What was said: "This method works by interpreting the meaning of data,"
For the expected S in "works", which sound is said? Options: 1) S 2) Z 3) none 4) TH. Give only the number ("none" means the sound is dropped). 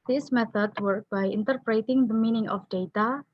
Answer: 3